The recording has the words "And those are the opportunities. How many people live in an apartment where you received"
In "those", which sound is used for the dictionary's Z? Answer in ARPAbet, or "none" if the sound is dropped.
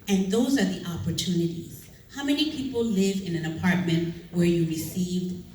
Z